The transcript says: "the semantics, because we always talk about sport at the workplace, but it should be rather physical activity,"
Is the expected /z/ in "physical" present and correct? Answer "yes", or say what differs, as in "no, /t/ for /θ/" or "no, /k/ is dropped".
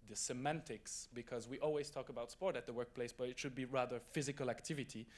yes